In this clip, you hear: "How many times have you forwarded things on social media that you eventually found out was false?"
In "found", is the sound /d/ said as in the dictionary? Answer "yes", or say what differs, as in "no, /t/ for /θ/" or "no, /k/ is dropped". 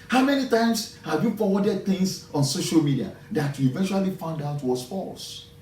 yes